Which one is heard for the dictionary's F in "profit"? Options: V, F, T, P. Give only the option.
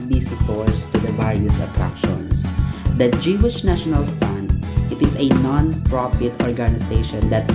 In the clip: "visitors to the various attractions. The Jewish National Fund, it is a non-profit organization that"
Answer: P